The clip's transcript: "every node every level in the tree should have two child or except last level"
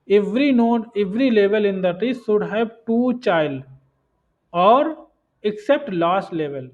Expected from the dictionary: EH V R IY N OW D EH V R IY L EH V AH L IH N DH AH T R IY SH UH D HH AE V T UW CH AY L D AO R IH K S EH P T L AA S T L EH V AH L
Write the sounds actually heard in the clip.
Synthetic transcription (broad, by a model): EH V R IY N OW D EH V R IY L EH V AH L IH N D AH T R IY S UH D HH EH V T UW CH AY L D AO R IH K S EH P T L AA S T L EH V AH L